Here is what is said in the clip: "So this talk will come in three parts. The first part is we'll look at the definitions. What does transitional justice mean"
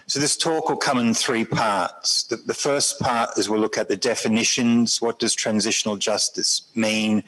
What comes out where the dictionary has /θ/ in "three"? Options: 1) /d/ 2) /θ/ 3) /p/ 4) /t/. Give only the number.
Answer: 2